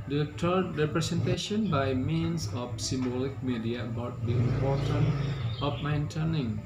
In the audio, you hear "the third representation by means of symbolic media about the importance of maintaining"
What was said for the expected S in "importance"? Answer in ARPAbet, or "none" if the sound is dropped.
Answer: none